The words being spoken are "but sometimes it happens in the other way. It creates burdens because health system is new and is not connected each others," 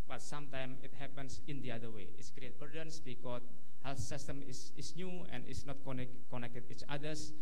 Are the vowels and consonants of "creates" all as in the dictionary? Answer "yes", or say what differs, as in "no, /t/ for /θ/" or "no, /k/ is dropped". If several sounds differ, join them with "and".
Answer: no, /s/ is dropped